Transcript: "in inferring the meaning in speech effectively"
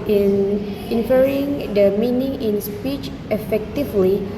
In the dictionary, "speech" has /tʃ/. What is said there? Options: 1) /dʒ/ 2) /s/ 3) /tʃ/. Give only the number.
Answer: 3